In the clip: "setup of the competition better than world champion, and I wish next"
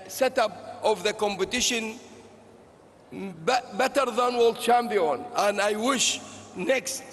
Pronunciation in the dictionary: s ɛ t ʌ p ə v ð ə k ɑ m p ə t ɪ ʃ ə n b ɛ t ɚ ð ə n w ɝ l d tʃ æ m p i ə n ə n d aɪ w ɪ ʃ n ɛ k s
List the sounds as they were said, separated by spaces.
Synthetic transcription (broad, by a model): s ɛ t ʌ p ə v ð ə k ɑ m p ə t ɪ ʃ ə n b ɛ t ɚ ð ə n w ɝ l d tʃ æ m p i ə n ə n d aɪ w ɪ ʃ n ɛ k s